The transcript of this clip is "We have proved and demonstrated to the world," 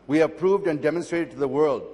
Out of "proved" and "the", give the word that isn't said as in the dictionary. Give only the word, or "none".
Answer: none